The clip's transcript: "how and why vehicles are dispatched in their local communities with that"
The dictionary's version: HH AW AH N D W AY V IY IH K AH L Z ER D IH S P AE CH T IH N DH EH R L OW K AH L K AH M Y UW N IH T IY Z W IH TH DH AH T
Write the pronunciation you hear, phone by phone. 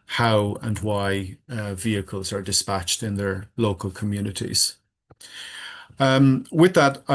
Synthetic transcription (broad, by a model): HH AW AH N W AY V IY IH K AH L Z ER D IH S P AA CH T IH N DH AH R L OW K AH L K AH M Y UW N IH T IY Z W IH DH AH T